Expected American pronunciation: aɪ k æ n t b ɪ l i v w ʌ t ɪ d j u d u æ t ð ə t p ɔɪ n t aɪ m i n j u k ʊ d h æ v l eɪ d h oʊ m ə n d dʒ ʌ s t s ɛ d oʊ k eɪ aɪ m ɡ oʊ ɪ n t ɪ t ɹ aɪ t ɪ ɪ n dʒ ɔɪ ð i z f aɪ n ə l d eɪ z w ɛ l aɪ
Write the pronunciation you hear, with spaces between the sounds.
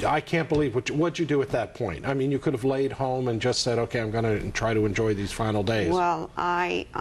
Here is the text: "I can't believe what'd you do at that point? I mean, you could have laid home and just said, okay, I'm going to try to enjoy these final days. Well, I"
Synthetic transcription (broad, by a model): aɪ k æ n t b ɪ l i v w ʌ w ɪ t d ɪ d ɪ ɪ t ð ə t p ɔɪ n t aɪ m i n j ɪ k ʊ d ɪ v l eɪ d h oʊ m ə n dʒ ʌ s t s ɛ d oʊ k eɪ aɪ m ɡ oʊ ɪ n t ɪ t ɹ aɪ t ɪ ɪ n dʒ ɔɪ ð i z f aɪ n l d eɪ z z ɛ l aɪ